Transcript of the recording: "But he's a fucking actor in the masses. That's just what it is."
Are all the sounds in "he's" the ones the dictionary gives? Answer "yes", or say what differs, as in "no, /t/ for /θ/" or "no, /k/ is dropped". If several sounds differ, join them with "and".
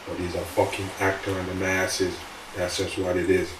yes